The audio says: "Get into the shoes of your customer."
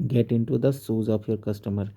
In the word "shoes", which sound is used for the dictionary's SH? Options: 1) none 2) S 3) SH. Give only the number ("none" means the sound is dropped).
2